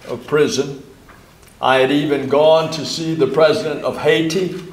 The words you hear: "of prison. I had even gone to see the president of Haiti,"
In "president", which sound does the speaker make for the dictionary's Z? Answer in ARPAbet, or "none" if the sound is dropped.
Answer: Z